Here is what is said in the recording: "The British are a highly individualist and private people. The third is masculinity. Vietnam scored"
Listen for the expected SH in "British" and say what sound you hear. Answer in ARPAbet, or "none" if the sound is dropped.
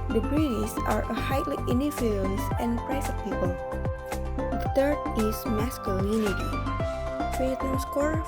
S